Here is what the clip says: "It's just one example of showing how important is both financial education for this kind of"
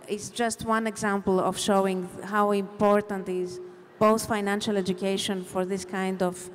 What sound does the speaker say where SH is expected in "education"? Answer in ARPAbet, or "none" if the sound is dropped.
SH